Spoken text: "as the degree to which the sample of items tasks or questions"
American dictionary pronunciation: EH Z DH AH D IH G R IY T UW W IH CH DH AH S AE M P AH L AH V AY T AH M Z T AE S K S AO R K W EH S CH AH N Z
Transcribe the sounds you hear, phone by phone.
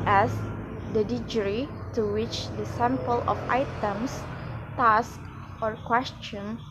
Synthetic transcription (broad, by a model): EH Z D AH D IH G R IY T UW W IH CH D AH S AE M P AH L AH F AY T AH M S T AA S K AO R K W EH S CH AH N